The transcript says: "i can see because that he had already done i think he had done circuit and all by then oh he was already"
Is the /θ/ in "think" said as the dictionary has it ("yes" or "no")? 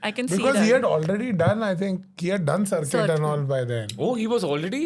no